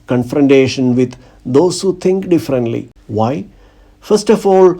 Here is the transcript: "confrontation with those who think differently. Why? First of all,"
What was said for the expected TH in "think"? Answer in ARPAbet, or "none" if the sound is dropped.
T